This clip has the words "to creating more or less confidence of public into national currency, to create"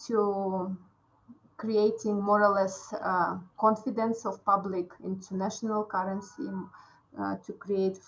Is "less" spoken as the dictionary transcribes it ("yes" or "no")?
yes